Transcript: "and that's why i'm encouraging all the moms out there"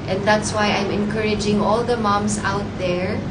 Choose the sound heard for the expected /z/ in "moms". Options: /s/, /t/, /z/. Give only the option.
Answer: /s/